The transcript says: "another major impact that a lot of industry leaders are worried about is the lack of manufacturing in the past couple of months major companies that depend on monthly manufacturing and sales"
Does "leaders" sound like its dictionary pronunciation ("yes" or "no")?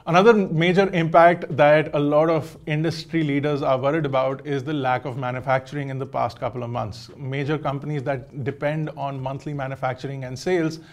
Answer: yes